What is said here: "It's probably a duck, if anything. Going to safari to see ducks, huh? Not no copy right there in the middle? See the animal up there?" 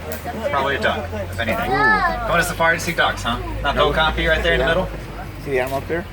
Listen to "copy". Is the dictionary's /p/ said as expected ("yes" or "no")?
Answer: no